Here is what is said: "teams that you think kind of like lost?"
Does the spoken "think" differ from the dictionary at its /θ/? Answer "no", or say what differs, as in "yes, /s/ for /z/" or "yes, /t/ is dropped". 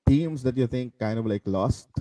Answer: yes, /t/ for /θ/